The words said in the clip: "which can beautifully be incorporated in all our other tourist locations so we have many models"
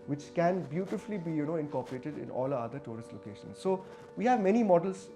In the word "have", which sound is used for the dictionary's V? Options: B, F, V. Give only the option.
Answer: V